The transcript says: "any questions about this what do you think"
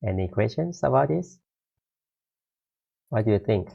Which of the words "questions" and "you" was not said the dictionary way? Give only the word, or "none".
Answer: questions